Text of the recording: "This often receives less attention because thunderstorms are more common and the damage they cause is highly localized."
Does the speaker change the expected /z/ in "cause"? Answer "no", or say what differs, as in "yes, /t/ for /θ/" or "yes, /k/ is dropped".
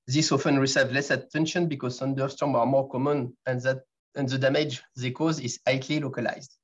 no